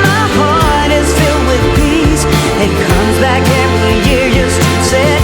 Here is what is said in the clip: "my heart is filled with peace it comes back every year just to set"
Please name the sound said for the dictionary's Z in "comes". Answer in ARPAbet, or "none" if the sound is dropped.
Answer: Z